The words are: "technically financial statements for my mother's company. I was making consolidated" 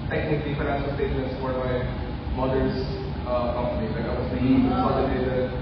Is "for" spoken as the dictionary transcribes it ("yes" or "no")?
no